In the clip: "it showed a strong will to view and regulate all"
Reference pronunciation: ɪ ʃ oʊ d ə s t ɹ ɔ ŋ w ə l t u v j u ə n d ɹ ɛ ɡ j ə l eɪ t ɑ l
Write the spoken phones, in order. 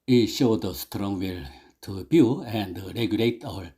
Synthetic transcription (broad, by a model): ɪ ʃ oʊ d ə s t ɹ ɔ ŋ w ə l t u b j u ə n d ɹ ɛ ɡ j ə l eɪ t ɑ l